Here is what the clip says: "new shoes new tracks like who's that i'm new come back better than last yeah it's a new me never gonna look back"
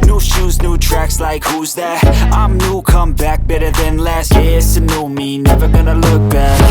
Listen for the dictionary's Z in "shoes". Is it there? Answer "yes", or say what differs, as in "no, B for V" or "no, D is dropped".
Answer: yes